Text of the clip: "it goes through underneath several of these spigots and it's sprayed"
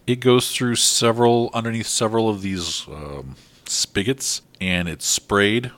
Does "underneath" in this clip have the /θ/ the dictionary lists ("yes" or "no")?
yes